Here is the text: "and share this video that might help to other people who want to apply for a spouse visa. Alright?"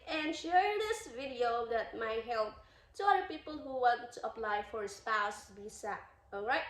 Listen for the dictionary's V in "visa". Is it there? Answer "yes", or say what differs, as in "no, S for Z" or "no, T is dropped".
no, B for V